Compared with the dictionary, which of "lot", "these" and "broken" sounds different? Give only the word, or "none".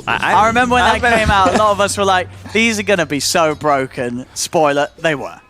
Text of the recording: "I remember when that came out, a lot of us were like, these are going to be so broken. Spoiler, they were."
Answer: none